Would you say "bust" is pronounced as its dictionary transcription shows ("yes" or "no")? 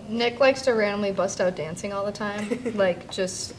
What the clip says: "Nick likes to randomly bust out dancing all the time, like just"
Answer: yes